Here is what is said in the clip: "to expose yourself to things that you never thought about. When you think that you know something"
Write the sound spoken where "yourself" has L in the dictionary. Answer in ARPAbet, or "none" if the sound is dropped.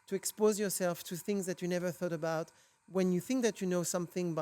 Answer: L